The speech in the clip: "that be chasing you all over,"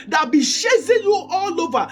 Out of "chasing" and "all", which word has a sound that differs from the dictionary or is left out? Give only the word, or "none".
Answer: chasing